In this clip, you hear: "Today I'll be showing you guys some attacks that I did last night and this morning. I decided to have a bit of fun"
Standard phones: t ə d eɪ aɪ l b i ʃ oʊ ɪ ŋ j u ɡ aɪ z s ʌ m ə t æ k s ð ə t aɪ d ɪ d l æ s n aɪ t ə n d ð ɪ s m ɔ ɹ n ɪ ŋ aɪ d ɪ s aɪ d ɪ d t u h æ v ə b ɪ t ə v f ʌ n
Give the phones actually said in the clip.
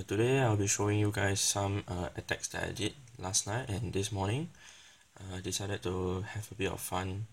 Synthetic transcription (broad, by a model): t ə d eɪ aɪ l b i ʃ oʊ ɪ ŋ j u ɡ aɪ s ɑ m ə t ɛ k s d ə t aɪ d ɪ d l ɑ s n aɪ t ə n d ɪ s m ɔ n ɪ ŋ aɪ d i s aɪ d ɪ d t u h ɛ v ə b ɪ t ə f f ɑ n